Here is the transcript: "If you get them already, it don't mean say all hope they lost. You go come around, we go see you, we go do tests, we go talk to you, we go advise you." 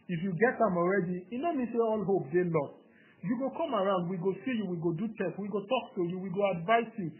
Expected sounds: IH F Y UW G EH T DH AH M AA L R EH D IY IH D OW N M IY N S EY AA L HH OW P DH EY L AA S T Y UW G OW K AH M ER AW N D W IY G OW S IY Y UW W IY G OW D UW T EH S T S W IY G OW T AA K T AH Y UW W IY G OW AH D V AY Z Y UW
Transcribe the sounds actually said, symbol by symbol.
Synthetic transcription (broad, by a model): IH F Y UW G EH T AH M AA L R EH D IY IH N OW M IY N S EY AA L HH OW P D EY L AA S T Y UW G OW K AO M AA AW N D W IY G OW S IY Y UW W IY G OW D UW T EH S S W IY G OW T AA K T AH Y UW W IY G OW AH D V AY S Y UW